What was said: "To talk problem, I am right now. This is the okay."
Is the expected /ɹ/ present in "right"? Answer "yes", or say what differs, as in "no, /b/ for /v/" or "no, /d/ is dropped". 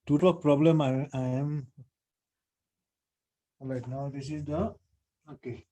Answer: no, /l/ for /ɹ/